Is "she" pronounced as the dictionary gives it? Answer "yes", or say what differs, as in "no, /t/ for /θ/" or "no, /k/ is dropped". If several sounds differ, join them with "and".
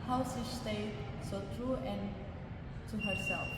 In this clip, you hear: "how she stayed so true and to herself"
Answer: no, /s/ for /ʃ/